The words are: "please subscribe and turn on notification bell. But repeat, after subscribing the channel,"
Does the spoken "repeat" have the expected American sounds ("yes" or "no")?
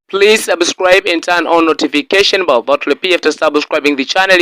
no